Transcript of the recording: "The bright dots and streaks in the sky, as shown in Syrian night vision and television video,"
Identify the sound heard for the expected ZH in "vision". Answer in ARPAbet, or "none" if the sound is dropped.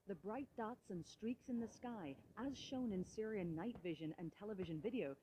ZH